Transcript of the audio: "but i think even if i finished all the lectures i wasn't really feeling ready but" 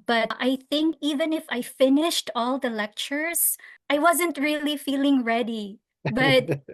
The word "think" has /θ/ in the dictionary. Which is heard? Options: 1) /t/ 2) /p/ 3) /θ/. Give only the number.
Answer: 3